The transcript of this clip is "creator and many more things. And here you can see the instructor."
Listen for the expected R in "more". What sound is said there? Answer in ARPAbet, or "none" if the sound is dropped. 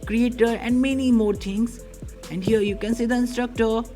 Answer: R